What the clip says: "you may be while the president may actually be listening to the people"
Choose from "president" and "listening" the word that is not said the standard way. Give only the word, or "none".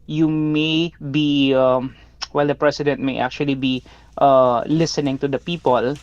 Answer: president